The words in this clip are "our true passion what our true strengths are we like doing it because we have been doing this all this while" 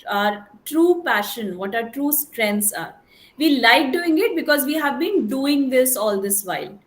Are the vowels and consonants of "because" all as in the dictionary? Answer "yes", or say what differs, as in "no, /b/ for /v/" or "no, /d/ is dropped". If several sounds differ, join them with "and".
yes